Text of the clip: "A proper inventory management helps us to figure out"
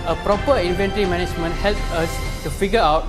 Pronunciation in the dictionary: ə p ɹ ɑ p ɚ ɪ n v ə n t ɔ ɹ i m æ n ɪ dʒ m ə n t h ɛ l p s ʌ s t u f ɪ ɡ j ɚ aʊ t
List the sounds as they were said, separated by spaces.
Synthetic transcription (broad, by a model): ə p ɹ ɑ p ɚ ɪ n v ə n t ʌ ɹ i m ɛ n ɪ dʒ m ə n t h ɛ l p ʌ s t u f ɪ ɡ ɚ aʊ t